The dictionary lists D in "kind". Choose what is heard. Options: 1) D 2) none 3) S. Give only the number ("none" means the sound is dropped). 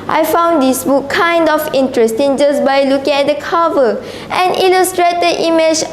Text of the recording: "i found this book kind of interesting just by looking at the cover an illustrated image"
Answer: 1